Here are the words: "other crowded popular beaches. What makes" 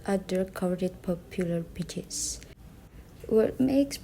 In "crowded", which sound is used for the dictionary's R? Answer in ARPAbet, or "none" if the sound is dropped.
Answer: none